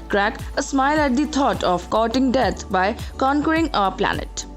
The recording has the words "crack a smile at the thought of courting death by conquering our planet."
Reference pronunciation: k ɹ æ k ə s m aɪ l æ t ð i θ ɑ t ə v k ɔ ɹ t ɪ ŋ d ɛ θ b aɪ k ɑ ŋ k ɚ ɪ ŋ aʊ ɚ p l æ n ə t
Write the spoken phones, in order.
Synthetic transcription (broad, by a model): k ɹ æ k ə s m aɪ l æ t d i t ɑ t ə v k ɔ t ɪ ŋ d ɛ t b aɪ k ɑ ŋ k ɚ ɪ ŋ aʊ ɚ p l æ n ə t